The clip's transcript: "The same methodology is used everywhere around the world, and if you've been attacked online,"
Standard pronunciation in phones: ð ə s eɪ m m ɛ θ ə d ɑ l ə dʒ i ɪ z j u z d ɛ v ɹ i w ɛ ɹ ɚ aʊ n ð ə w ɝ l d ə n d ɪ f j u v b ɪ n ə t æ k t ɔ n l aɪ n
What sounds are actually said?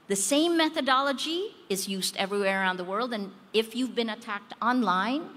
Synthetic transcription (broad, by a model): ð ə s eɪ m m ɛ θ ə d ɑ l ə dʒ i ɪ z j u z d ɛ v ɹ i w ɛ ɹ ɚ aʊ n ð ə w ɝ l d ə n ɪ f j u v b ɪ n ə t æ k t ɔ n l aɪ n